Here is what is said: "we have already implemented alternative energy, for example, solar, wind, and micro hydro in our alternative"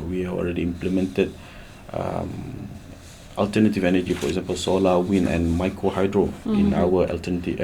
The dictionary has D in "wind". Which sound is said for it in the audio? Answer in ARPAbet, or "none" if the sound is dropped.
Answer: none